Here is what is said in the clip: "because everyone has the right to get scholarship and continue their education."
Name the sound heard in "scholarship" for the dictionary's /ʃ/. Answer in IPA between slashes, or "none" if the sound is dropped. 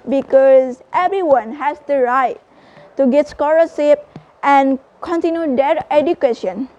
/s/